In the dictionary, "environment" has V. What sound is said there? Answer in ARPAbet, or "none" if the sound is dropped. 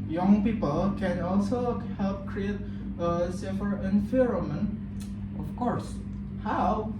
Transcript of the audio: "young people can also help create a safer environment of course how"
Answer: F